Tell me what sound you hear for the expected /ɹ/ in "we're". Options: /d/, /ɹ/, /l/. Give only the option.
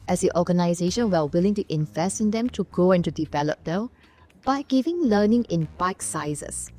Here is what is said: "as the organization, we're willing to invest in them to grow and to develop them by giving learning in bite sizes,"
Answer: /l/